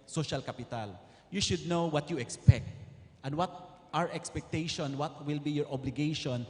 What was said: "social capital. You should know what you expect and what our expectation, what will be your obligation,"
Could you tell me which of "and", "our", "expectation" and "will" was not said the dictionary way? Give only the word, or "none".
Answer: none